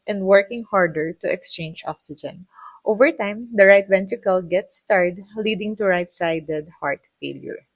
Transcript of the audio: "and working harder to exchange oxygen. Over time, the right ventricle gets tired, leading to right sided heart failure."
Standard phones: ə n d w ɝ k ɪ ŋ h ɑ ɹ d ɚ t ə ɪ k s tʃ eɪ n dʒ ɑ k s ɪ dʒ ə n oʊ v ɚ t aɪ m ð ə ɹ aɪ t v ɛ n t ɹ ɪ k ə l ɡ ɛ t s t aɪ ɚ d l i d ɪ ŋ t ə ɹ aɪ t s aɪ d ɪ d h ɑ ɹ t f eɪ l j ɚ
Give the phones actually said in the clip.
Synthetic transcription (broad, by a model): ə n d w ɝ k ɪ ŋ h ɑ ɹ d ɚ t ə ɪ k s tʃ eɪ n dʒ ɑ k s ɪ dʒ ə n oʊ v ɚ t aɪ m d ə ɹ aɪ t v ɛ n t ɹ ɪ k ə l ɡ ɛ t s t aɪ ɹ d l i d ɪ ŋ t ə ɹ aɪ t s aɪ d ɪ d h ɑ ɹ t f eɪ l j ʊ